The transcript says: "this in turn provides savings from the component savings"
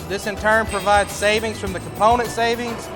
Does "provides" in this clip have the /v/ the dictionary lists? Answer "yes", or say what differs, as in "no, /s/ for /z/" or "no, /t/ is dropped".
yes